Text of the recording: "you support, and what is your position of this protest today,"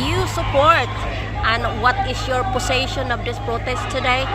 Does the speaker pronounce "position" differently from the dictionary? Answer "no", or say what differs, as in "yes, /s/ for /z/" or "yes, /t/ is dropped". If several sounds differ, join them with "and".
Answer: yes, /s/ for /z/